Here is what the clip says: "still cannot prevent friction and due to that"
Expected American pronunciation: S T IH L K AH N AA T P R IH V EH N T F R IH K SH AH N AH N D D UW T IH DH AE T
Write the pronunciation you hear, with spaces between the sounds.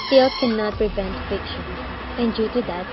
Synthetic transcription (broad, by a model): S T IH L K AH N AA T P R IH V EH N T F IH K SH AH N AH N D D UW T IH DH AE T